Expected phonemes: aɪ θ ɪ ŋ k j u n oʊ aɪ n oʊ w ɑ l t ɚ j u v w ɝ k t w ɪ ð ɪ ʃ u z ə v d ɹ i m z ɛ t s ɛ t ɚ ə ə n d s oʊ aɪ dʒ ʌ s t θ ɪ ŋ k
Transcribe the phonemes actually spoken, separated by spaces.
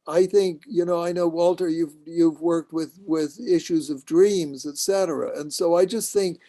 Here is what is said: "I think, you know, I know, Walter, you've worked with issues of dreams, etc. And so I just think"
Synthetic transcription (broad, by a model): aɪ θ ɪ ŋ k j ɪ n oʊ aɪ n oʊ w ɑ l t ɚ j u v w ɝ k t w ɪ ð ɪ ʃ u z ə v d ɹ i m z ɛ t s ɛ t ɚ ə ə n s oʊ aɪ dʒ ʌ s t θ ɪ ŋ k